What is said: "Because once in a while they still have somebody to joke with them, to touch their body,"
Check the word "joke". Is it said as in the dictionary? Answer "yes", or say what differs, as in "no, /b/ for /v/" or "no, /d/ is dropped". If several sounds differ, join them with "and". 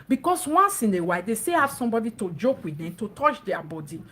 yes